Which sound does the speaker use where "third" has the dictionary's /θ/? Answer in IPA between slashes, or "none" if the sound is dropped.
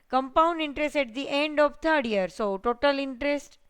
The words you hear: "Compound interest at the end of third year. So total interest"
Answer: /t/